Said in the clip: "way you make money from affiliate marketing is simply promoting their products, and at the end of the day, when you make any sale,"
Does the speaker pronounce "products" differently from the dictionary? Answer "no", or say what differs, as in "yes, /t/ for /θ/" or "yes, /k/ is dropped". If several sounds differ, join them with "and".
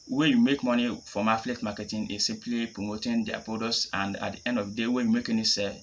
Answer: yes, /ɹ/ is dropped and /k/ is dropped